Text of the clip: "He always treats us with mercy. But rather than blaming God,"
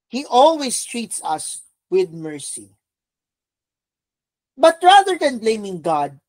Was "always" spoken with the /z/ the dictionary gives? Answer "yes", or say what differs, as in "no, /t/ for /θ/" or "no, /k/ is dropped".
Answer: no, /s/ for /z/